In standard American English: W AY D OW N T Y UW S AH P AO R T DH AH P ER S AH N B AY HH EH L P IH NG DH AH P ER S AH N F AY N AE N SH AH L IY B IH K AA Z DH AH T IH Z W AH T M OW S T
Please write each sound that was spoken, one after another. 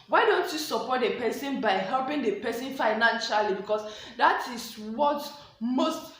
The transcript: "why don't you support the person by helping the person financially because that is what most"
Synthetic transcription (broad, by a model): W AY D OW N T Y UW S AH P AO T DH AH P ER S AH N B AY HH EH L P IH NG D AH P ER S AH N F AY N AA N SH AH L IY B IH K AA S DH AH T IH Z W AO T M OW S T